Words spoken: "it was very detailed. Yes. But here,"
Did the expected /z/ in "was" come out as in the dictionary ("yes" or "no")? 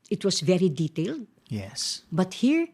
no